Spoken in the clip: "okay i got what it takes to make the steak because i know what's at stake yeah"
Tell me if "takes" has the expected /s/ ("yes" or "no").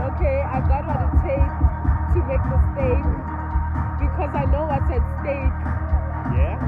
no